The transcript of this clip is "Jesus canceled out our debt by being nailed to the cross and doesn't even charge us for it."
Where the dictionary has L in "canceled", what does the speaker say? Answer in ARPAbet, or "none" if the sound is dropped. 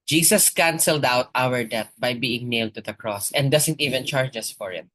L